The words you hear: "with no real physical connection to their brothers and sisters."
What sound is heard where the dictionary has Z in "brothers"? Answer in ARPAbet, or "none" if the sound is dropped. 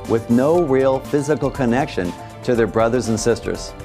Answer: Z